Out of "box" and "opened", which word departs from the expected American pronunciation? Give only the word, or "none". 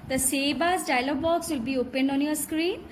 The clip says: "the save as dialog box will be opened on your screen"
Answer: none